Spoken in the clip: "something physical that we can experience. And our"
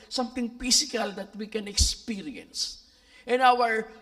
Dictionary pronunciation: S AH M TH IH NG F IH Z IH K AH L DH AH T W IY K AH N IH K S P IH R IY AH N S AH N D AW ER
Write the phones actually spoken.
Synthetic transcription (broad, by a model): S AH M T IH NG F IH S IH K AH L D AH T W IY K AH N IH K S P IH R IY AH N S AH N AW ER